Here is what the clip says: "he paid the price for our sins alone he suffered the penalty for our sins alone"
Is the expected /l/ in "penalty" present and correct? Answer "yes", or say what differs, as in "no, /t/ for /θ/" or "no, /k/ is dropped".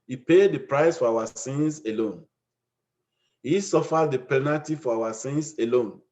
no, /l/ is dropped